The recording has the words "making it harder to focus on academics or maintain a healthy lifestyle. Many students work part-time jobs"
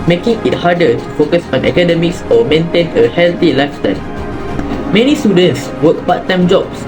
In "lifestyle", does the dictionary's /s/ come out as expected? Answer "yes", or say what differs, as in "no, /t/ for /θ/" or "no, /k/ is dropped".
no, /s/ is dropped